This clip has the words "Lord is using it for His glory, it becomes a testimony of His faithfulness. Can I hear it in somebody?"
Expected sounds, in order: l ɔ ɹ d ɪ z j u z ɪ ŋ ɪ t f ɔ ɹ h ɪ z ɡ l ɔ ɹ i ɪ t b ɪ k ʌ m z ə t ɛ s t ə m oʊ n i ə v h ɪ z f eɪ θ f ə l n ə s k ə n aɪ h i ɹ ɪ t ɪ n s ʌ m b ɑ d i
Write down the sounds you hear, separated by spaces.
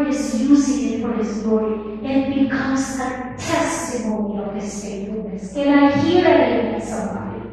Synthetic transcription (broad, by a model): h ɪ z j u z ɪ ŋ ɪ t f ɔ ɹ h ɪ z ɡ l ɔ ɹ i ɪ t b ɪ k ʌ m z ə t ɛ s t ə m oʊ n i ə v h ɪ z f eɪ t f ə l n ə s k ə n aɪ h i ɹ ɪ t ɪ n s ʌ m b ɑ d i